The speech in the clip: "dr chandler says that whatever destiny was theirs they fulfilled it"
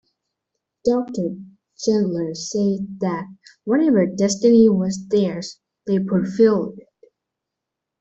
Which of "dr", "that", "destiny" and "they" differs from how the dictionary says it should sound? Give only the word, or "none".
none